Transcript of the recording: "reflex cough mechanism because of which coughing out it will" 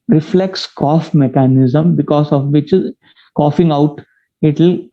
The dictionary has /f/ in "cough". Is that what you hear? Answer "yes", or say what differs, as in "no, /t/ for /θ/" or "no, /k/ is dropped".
yes